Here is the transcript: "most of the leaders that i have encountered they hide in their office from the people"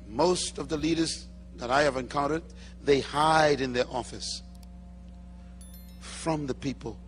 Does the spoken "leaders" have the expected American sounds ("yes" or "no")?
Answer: yes